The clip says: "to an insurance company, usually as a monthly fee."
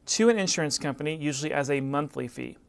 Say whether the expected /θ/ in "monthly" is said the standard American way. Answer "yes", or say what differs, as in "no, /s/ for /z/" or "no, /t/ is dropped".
yes